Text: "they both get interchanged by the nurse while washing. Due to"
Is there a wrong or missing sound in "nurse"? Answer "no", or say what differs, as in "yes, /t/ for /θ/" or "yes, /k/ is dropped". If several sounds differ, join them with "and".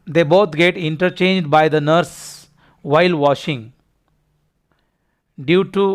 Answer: no